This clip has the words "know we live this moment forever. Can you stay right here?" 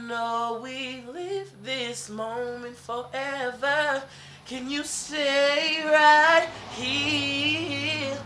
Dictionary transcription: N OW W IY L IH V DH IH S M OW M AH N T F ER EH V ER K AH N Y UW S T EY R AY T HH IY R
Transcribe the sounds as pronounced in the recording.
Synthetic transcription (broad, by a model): N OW W IY L IH V DH IH S M OW M AH N T F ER EH V ER K AH N Y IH S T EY R AY T HH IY